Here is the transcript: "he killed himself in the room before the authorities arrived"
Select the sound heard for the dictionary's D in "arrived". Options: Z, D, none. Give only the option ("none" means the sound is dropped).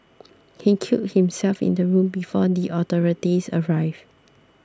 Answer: none